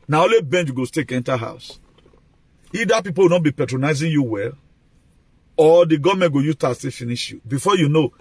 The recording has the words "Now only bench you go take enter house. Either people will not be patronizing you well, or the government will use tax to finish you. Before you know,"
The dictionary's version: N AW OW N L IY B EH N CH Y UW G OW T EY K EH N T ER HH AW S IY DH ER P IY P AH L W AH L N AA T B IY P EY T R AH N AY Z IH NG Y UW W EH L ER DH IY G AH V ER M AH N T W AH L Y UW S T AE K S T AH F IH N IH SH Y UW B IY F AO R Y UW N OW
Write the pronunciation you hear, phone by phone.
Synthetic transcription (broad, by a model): N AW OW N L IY B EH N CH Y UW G OW T EY K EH N T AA HH AW S IY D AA P IY P AH L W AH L N AA T B IY P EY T R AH N AY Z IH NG Y UW W EH L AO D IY G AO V M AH N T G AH Y UW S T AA S T AH F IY N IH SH Y UW B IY F AO Y UW N OW